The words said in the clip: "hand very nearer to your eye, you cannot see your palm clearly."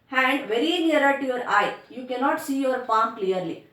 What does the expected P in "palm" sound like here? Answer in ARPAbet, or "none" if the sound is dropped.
F